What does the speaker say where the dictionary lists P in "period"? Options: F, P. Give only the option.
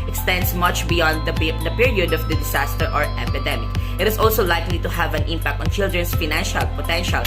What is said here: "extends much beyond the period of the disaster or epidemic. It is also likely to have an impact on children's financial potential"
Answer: P